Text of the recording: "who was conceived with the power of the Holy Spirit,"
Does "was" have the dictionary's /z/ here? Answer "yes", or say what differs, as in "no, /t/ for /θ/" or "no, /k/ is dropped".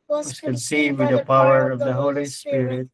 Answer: no, /s/ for /z/